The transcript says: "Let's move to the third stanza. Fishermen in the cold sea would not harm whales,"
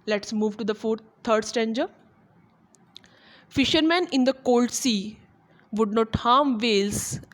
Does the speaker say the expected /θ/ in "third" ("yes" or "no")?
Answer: no